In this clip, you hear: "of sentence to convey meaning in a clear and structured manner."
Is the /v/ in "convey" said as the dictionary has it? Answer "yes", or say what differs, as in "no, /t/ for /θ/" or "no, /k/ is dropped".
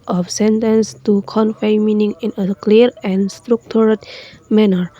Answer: no, /f/ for /v/